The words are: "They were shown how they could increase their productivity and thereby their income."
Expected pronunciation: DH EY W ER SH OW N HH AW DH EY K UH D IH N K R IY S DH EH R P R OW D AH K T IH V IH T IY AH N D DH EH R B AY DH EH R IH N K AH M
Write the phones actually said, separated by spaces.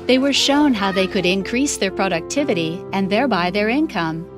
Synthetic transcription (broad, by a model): DH EY W ER SH OW N HH AW DH EY K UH D IH N K R IY S DH EH R P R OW D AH K T IH V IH T IY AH N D DH EH R B AY DH EH R IH N K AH M